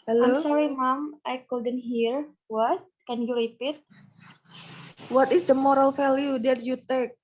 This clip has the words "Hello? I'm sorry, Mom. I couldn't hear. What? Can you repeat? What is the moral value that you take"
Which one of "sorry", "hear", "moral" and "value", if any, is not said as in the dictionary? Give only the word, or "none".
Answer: value